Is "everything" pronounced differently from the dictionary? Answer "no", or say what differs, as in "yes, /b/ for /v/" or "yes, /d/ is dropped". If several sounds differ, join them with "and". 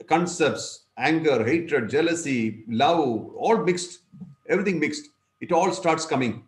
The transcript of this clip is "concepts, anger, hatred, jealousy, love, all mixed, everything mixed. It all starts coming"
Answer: yes, /t/ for /θ/